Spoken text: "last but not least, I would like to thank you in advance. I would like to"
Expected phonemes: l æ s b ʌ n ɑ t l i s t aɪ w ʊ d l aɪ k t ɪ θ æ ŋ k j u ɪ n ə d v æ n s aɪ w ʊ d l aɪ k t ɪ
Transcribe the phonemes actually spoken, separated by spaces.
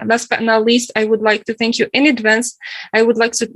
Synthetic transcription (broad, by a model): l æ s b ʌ n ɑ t l i s t aɪ w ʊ d l aɪ k t ɪ θ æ ŋ k j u ɪ n ə d v æ n s aɪ w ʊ d l aɪ k t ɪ